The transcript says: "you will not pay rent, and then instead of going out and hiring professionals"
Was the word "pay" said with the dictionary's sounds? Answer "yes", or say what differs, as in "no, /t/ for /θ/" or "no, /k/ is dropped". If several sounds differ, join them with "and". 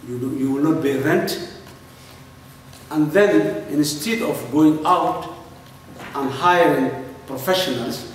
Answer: no, /b/ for /p/